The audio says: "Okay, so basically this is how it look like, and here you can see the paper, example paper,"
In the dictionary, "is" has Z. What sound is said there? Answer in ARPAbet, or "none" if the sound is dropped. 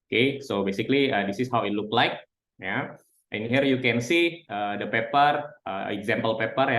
S